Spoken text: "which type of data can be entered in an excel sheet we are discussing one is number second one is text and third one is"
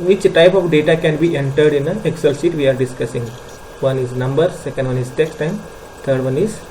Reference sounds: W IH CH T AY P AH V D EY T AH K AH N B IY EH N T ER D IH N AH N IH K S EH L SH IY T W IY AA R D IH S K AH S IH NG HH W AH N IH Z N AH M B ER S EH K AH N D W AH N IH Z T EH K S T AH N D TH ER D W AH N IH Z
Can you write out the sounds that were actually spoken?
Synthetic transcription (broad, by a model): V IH CH T AY P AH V D EY T AH K AH N B IY EH N T ER D IH N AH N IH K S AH L S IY T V IY AA R D IH S K AH S IH NG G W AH N IH Z N AH M B ER S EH K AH N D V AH N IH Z T EH K S T AH N D T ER D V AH N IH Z